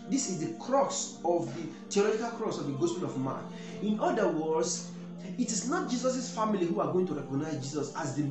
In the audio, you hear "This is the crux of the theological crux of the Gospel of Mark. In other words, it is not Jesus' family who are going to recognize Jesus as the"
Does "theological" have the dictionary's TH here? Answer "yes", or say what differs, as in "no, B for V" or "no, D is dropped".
no, T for TH